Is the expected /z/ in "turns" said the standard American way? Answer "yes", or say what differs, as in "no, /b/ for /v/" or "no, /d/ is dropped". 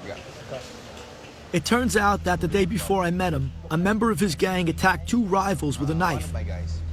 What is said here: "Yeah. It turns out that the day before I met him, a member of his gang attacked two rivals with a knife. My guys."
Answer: yes